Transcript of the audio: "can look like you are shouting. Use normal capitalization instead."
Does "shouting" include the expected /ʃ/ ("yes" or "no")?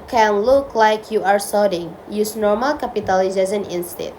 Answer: no